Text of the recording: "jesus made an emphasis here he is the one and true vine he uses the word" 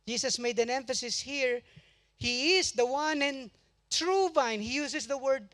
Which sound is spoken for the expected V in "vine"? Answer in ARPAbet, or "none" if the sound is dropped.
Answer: V